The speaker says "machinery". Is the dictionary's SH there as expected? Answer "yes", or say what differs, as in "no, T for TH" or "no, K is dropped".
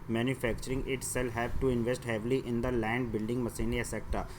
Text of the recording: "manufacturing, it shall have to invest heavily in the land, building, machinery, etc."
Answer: no, S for SH